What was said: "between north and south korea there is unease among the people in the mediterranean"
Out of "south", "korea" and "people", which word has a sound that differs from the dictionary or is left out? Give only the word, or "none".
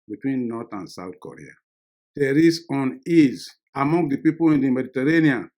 south